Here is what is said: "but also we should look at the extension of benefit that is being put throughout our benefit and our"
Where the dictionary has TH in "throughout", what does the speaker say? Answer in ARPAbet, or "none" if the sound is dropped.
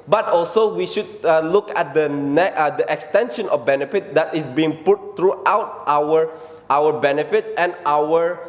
T